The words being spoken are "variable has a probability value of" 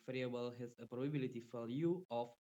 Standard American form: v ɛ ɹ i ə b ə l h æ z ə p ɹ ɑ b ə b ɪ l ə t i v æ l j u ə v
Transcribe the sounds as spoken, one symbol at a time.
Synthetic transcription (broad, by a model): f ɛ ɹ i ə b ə l h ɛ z ə p ɹ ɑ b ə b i l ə t i f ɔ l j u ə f